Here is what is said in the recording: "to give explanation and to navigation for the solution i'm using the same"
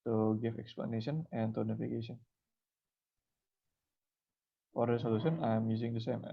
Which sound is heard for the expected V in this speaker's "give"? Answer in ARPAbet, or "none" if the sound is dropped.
F